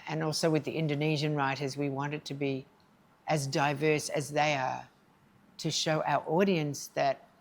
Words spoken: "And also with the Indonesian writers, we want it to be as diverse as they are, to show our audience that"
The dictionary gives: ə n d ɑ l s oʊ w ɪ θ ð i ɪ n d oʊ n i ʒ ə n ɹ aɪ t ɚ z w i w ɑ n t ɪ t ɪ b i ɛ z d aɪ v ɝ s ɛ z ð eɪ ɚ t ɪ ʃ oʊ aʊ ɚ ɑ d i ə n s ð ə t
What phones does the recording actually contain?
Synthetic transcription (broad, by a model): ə n ɑ l s oʊ w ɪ ð i ɪ n d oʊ n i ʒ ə n ɹ aɪ t ɚ z w i w ɑ n t ɪ t ɪ b i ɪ z d aɪ v ɝ s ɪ z ð eɪ ɚ t ɪ ʃ oʊ aʊ ɚ ɑ d i ə n s ð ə t